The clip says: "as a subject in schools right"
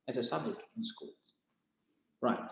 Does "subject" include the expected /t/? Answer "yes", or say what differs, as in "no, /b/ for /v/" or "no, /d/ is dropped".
no, /t/ is dropped